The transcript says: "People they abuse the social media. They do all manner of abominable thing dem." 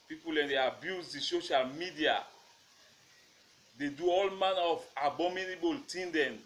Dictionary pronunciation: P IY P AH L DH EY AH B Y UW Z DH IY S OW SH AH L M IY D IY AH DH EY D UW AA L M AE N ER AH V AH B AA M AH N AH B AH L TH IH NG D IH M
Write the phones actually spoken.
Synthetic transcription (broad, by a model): P IY P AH L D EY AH B Y UW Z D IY S OW SH AH L M IY D IY AH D EY D UW AA L M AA N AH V AH B AA M AH N AH B AH L T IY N D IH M